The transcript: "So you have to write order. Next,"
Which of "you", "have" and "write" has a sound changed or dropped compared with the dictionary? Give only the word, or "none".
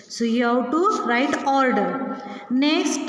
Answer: have